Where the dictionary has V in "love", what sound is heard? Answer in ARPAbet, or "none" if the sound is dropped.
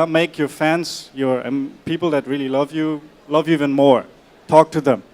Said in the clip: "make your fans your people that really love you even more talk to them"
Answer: V